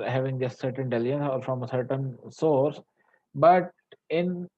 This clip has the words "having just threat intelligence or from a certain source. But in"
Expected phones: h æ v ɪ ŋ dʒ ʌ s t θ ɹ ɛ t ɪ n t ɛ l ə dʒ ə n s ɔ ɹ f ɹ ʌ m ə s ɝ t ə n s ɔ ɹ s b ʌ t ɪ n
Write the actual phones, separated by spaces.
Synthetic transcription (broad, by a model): h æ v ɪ ŋ dʒ ʌ s t s ɹ t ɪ n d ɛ l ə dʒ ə n s ɔ ɹ f ɹ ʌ m ə s ɝ t ə n s ɔ ɹ s b ʌ t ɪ n